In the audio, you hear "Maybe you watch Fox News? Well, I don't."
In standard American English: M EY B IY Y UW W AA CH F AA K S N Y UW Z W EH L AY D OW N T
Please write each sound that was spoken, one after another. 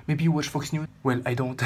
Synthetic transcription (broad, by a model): M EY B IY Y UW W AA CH F AA K S N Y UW W EH L AY D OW N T